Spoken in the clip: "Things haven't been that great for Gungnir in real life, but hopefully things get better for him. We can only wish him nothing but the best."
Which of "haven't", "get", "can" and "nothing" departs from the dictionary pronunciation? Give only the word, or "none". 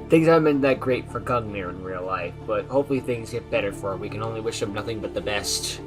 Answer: haven't